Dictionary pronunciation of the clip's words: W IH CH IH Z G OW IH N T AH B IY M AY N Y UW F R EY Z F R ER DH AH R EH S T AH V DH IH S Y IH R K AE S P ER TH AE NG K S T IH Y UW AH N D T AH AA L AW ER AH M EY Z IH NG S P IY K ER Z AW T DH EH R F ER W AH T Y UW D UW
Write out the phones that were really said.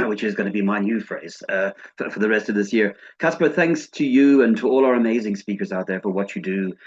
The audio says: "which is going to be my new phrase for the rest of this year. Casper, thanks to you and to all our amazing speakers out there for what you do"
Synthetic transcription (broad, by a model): W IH CH IH Z G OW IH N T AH B IY M AY N Y UW F R EY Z F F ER DH AH R EH S T AH V DH IH S Y IH R K AE S P ER TH AE NG K S T IH Y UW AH N T AH AA L AW ER AH M EY Z IH NG S P IY K ER Z AW T DH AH R F ER W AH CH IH D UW